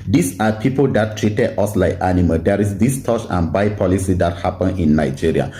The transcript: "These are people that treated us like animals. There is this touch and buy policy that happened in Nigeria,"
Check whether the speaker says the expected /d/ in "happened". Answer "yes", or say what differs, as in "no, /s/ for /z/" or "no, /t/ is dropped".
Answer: no, /d/ is dropped